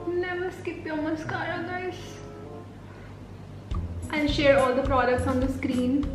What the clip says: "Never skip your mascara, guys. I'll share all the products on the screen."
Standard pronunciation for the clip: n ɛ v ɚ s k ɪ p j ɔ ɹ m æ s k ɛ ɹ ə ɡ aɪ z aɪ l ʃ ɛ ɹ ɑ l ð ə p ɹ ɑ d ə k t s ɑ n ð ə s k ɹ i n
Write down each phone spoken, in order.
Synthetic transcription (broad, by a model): n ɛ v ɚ s k ɪ p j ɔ m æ s k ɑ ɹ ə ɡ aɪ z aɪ n ʃ ɛ ɹ ɑ l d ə p ɹ ɑ d ə k t s ɑ n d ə s k ɹ i n